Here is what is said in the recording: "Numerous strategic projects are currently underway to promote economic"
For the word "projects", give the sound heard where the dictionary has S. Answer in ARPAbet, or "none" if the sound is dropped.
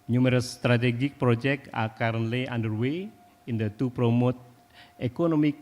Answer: none